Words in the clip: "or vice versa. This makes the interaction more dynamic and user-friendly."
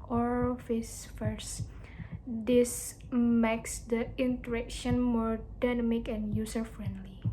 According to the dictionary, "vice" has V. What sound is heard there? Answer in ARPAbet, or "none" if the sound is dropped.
F